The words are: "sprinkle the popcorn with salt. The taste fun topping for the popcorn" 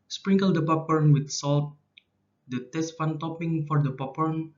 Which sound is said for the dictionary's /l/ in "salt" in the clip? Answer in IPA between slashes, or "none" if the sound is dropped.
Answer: /l/